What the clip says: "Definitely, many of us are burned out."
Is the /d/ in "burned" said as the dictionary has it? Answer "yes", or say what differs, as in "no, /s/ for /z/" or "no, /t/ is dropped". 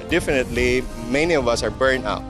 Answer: no, /d/ is dropped